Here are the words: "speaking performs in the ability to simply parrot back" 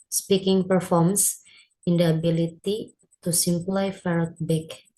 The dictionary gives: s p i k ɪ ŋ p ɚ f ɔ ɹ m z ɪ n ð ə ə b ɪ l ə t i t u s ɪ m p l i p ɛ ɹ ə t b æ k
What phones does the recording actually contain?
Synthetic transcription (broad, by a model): s p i k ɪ ŋ p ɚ f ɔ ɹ m s ɪ n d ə b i l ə t i t u s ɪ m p l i f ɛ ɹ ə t b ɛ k